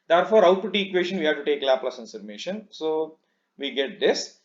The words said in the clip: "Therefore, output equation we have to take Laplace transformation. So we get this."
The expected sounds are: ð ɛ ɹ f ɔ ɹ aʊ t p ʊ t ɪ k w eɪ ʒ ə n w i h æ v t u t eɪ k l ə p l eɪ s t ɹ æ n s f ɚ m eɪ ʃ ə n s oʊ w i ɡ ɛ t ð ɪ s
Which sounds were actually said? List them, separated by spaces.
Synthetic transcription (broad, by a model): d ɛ ɹ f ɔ ɹ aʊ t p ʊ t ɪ k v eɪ ʃ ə n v i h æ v t u t eɪ k l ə p l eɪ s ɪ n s ɚ m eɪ ʃ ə n s oʊ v i ɡ ɛ t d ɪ s